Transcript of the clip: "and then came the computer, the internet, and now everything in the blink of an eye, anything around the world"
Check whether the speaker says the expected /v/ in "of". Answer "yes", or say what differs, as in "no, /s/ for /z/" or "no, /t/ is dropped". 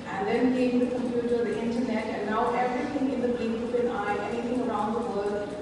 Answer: no, /p/ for /v/